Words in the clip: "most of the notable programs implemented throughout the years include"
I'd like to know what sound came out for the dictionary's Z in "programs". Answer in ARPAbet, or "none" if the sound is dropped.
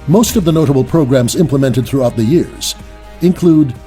Z